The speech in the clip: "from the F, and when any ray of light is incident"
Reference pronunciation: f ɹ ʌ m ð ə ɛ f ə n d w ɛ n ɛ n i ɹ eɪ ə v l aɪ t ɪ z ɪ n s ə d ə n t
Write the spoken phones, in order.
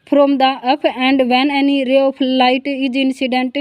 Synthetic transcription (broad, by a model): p ɹ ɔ m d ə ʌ p ə n d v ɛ n ɛ n i ɹ eɪ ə p l aɪ t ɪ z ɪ n s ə d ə n t